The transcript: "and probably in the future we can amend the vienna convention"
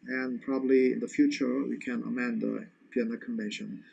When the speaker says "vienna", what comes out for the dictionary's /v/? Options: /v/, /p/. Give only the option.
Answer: /p/